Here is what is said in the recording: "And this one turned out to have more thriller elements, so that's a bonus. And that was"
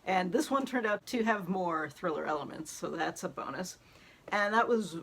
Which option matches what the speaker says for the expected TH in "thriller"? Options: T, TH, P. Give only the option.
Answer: TH